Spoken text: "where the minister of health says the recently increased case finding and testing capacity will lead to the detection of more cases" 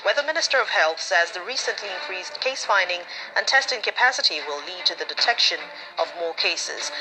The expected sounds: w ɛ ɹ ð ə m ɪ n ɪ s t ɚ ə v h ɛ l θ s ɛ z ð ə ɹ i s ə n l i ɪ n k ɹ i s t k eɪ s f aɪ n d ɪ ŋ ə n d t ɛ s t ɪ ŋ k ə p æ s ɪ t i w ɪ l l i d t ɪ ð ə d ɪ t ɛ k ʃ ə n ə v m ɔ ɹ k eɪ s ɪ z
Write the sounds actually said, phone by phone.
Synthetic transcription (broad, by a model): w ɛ ð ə m ɪ n ɪ s t ɚ ə v h ɛ l θ s ɛ z ð ə ɹ i s ə n l i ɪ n k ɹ i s k eɪ s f aɪ n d ɪ ŋ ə n t ɛ s t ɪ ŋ k ə p æ s ɪ t i w ɪ l l i d t ɪ ð ə d ɪ t ɛ k ʃ ə n ə v m ɔ ɹ k eɪ s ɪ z